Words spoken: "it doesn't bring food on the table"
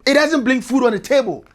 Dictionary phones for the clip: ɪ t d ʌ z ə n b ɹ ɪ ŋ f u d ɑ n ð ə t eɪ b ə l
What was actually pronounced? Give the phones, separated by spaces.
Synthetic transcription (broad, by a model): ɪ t d ʌ z ə n b l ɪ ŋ f u d ɑ n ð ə t eɪ b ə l